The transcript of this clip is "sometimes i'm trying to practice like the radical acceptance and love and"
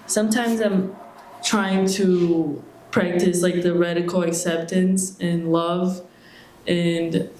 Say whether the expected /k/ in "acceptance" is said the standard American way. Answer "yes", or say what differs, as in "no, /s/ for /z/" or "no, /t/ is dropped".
yes